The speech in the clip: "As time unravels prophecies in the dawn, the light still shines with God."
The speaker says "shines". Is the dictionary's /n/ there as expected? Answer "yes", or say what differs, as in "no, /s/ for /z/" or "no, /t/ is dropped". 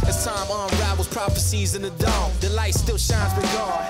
yes